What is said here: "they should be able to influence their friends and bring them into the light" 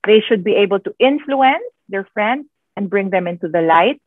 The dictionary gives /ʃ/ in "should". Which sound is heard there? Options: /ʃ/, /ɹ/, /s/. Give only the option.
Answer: /ʃ/